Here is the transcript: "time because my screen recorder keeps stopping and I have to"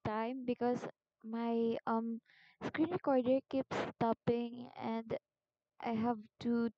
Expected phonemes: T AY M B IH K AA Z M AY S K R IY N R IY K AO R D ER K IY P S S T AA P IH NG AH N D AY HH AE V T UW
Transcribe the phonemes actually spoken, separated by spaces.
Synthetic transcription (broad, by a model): T AY M B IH K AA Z M AY S K R IY N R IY K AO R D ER K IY P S S T AA P IH NG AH N D AY HH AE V T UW